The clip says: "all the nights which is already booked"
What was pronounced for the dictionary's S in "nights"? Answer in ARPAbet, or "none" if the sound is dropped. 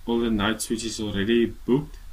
S